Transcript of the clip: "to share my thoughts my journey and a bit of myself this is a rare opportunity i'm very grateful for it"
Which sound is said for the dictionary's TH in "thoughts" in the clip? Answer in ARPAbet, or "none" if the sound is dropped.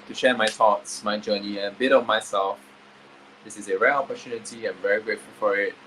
T